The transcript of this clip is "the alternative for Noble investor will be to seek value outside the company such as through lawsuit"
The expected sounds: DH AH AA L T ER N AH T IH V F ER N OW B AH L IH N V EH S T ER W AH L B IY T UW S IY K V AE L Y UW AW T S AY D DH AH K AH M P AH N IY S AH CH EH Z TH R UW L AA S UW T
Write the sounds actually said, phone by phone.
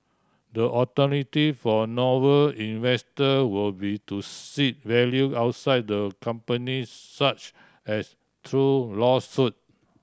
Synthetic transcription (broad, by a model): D AH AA T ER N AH T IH F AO N OW AH L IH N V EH S T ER W AH L B IY T UW S IY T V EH L Y UW AW T S AY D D AH K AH M P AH N IY S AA CH EH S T R UW L AA S UW T